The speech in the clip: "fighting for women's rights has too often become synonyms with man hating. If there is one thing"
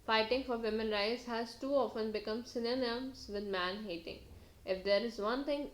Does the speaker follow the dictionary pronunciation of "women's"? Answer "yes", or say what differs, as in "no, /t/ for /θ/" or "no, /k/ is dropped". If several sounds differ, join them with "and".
no, /z/ is dropped